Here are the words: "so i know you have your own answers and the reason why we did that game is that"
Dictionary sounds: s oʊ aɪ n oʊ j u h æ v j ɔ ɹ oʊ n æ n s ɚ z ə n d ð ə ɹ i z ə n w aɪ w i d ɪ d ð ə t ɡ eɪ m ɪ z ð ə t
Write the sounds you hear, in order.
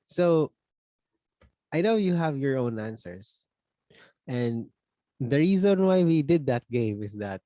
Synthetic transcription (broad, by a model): s oʊ aɪ n oʊ j u h æ v j ɔ ɹ oʊ n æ n s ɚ s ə n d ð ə ɹ i z ə n w aɪ w i d ɪ d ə t ɡ eɪ m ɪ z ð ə t